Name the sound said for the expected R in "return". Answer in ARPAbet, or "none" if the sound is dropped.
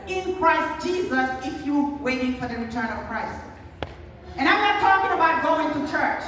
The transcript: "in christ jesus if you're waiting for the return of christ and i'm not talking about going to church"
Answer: R